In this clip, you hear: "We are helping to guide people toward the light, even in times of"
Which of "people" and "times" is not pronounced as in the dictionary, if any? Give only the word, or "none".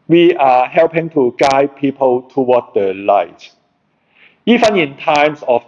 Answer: times